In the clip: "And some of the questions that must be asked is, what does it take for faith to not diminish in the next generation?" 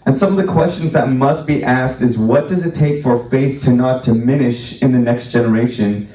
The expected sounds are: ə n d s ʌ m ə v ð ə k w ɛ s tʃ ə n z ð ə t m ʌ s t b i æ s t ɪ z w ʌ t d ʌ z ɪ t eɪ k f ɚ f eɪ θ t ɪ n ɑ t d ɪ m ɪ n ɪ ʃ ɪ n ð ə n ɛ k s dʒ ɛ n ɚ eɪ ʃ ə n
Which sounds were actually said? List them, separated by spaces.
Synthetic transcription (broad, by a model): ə n s ʌ m ə v ð ə k w ɛ s tʃ ə n z ð ə t m ʌ s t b i æ s t ɪ z w ʌ t d ʌ z ɪ t eɪ k f ɚ f eɪ θ t ɪ n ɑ t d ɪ m ɪ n ɪ ʃ ɪ n ð ə n ɛ k s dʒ ɛ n ɚ eɪ ʃ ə n